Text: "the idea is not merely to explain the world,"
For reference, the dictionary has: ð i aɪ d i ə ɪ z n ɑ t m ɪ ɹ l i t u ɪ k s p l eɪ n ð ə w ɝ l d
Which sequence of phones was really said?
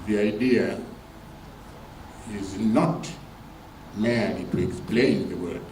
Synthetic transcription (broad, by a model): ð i aɪ d i ə ɪ z n ɑ t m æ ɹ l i t u ɪ k s p l eɪ n ð ə w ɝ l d